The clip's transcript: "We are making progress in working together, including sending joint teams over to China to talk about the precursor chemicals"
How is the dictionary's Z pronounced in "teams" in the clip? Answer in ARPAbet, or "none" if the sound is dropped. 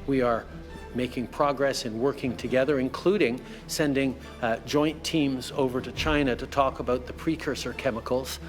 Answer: Z